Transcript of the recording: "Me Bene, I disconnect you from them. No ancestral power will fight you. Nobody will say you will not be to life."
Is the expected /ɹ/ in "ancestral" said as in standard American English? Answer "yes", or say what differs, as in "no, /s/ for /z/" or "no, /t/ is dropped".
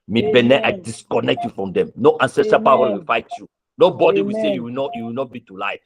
no, /ɹ/ is dropped